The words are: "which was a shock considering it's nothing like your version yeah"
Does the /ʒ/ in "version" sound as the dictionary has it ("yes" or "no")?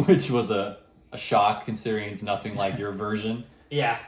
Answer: yes